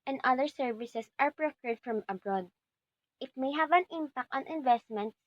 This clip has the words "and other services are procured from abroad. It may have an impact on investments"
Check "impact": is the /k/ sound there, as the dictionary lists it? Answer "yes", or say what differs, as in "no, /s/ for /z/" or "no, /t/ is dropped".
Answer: yes